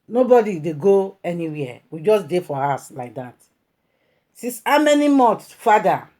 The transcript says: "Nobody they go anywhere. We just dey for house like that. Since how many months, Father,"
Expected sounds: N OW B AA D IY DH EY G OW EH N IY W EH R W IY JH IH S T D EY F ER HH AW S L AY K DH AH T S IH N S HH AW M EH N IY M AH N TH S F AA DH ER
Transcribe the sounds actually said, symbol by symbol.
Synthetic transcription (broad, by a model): N OW B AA D IY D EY G OW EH N IY W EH W IY JH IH S D EY F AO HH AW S L AY K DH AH T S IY S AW M EH N IY M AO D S F AA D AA